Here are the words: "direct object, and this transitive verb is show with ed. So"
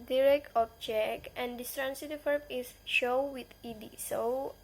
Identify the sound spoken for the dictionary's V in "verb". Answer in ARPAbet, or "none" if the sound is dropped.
F